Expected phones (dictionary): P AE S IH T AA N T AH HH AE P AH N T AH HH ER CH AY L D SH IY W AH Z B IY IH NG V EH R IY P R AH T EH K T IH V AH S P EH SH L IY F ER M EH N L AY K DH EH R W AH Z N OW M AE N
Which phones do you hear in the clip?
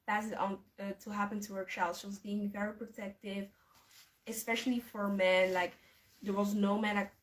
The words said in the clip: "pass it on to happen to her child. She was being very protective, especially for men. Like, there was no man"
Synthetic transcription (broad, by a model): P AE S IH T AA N T AH HH AE P AH N T AH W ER SH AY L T SH IY W AH Z B IY IH NG V EH R IY P R AH T EH K T IH V AH S P EH SH L IY F ER M EH N L AY K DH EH R W AH Z N OW M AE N